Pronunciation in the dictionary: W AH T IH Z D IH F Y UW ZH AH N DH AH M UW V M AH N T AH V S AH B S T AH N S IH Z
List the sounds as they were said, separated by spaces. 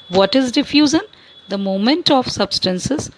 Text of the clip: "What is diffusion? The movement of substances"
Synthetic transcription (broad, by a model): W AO T IH Z D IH F Y UW Z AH N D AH M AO M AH N T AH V S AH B S T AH N S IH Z